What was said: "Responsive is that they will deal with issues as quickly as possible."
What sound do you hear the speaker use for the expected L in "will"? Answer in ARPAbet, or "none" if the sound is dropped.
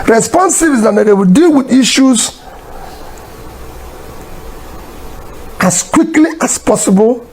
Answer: W